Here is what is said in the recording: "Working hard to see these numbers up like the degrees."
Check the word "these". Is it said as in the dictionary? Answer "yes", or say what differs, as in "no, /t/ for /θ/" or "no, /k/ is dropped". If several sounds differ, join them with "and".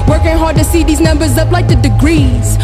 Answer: yes